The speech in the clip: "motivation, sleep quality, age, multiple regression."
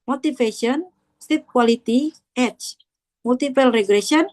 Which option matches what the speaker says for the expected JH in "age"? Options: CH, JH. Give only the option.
CH